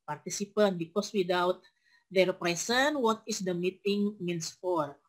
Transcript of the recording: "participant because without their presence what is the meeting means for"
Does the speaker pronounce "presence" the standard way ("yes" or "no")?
no